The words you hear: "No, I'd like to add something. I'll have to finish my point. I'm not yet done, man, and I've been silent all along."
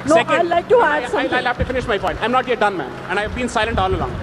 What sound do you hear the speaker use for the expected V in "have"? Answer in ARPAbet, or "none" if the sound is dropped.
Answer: F